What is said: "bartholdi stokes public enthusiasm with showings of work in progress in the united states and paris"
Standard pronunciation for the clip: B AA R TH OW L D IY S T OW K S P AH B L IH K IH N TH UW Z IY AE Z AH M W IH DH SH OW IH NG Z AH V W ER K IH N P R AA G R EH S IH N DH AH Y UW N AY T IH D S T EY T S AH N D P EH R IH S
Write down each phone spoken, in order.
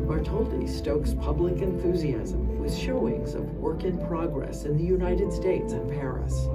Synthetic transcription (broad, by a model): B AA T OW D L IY S T OW K S P AH B L IH K IH N TH UW Z IY AE Z AH M W IH DH SH OW IH NG Z AH V W ER K IH N P R AA G R EH S IH N DH AH Y UW N AY T IH D S T EY T S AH N P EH R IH S